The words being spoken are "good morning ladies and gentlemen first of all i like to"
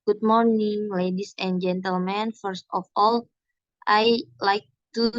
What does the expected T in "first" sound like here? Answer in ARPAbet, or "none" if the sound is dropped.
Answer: T